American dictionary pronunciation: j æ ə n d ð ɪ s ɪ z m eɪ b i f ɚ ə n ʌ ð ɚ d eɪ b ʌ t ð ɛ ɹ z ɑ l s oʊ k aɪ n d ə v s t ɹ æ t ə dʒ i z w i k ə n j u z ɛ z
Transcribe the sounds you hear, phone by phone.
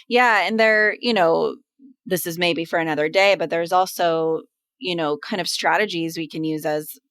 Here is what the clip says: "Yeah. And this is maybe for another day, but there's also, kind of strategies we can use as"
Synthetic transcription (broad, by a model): j æ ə n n ð ɪ s ɪ z m eɪ b i f ɚ ə n ʌ ð ɚ d eɪ b ʌ t ð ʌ ɹ z ɑ l s oʊ k aɪ n d ə v s t ɹ æ t ə dʒ i z w i k ə n j u z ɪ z